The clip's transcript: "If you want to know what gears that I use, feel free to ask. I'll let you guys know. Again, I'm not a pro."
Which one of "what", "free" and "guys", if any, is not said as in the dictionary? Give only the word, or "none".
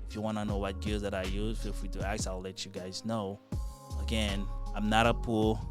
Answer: free